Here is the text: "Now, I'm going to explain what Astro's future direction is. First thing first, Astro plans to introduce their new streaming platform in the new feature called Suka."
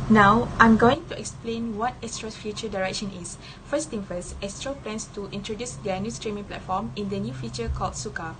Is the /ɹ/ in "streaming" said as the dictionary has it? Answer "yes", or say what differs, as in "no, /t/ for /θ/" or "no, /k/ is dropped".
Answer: yes